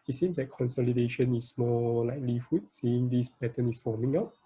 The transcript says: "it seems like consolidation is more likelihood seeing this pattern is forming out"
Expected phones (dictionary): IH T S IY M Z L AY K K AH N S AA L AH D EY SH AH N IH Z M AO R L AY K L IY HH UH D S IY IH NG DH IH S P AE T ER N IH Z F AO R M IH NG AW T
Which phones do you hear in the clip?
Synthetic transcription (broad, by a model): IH T S IY M S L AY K K AH N S AA L AH D EY SH AH N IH S M AO L AY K L IY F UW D S IY IH NG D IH S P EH T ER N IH S F AO M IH NG AW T